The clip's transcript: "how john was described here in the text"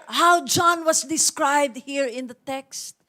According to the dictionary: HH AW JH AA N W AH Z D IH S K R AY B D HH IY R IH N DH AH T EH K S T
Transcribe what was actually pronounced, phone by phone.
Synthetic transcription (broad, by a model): HH AW JH AA N W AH S D IH S K R AY B D HH IY R IH N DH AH T EH K S T